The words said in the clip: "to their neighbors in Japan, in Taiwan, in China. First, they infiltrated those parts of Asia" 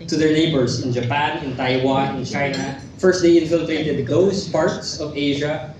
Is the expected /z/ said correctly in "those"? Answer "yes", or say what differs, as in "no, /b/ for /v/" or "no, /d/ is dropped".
no, /s/ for /z/